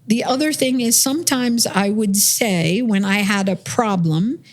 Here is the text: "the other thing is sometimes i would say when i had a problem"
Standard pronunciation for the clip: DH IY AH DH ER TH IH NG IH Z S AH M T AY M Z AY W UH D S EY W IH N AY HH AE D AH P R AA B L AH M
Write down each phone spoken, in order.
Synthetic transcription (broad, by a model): DH IY AH DH ER TH IH NG IH Z S AH M T AY M Z AY W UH D S EY W IH N AY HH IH D AH P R AA B L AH M